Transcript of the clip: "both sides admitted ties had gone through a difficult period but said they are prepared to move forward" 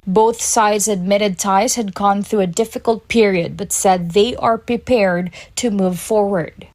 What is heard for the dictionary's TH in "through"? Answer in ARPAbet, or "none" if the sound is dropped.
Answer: TH